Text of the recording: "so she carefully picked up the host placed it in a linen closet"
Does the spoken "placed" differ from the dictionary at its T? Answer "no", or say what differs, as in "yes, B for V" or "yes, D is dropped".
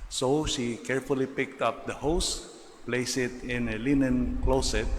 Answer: yes, T is dropped